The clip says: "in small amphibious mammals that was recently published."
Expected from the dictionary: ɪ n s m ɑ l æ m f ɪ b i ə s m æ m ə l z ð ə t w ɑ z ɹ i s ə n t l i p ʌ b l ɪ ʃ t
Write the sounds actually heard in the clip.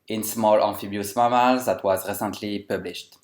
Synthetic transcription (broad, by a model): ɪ n s m ɑ l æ f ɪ b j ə s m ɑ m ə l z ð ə t w ɑ z ɹ i s ə n t l i p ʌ b l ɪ ʃ t